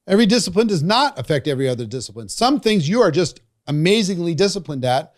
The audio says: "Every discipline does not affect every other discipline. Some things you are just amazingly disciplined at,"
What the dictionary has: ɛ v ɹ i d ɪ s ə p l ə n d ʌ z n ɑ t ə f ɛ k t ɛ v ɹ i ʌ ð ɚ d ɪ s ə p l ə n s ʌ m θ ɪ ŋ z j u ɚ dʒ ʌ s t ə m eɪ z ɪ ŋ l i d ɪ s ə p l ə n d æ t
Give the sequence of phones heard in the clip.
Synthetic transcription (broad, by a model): ɛ v ɹ i d ɪ s ə p l ə n d ʌ z n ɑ t ə f ɛ k t ɛ v ɹ i ʌ ð ɚ d ɪ s ə p l ə n s ʌ m θ ɪ ŋ z j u ɚ dʒ ʌ s t ə m eɪ z ɪ ŋ l i d ɪ s ə p l ə n d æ t